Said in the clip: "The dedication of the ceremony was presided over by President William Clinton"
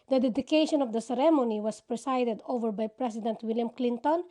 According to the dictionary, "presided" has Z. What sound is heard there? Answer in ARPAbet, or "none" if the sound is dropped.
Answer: S